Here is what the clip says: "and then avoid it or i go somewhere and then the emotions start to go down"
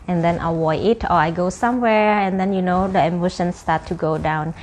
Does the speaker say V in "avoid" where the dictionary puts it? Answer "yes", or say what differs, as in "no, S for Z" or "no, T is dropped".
no, W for V